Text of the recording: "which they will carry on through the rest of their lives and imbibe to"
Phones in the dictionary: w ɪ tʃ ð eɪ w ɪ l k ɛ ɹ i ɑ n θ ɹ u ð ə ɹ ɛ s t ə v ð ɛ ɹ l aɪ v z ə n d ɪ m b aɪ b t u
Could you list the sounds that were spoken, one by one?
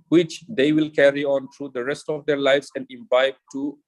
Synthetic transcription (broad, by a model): w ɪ tʃ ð eɪ w ɪ l k ɛ ɹ i ɑ n t ɹ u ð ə ɹ ɛ s t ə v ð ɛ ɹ l aɪ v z ə n d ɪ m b aɪ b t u